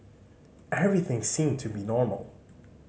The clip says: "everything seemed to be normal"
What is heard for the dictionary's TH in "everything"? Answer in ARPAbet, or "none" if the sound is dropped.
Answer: TH